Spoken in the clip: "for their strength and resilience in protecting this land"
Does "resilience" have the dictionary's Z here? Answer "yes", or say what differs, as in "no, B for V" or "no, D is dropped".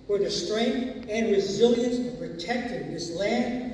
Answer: yes